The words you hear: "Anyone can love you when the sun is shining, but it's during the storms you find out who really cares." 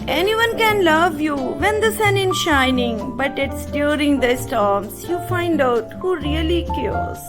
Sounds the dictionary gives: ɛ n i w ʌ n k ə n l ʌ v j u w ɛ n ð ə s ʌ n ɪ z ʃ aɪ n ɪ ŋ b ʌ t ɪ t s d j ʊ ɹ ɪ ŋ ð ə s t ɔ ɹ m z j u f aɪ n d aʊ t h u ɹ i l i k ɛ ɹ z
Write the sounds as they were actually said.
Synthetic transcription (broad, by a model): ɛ n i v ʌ n k ə n l ʌ v j u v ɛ n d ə s ʌ n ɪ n ʃ aɪ n ɪ ŋ b ʌ t ɪ t s d j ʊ ɹ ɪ ŋ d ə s t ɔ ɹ m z j u f aɪ n d aʊ t h u ɹ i l i k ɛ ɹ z